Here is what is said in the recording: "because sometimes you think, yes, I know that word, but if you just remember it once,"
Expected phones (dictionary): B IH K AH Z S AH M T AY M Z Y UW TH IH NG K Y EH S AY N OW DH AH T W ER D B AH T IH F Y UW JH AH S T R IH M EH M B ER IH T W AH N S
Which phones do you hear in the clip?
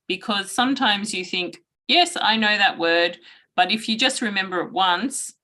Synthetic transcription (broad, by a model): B IH K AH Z S AH M T AY M Z Y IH TH IH NG K Y EH S AY N OW DH AH T W ER D B AH T IH F Y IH JH AH S T R IH M EH M B ER IH T W AH N S